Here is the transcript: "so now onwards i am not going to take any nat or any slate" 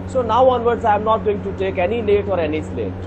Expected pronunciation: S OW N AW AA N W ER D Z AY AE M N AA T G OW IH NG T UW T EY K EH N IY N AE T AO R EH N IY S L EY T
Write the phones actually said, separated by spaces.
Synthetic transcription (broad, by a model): S OW N AW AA N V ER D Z AY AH M N AA T G OW IH NG T UW T EY K EH N IY L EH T AO R EH N IY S L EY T